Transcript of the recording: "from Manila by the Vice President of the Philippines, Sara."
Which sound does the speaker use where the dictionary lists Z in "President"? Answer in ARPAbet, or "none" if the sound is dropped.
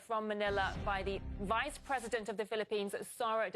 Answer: Z